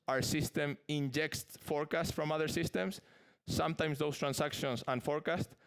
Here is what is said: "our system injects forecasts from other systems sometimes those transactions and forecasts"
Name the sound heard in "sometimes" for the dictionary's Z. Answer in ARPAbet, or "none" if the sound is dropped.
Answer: S